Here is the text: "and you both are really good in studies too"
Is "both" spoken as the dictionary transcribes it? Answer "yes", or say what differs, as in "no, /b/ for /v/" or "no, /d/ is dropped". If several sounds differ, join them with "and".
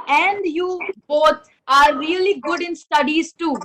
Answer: no, /t/ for /θ/